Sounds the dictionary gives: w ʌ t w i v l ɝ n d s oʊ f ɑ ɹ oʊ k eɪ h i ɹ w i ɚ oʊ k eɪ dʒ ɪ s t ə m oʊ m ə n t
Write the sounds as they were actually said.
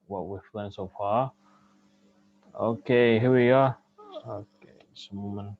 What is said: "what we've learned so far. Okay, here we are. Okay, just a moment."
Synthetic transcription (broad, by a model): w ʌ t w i f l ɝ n s oʊ f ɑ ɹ oʊ k eɪ h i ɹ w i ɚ oʊ k eɪ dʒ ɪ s ə m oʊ m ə n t